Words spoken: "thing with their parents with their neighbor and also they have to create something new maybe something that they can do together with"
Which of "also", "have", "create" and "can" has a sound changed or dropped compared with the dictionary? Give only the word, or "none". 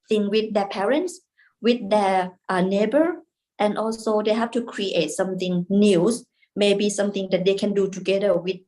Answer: have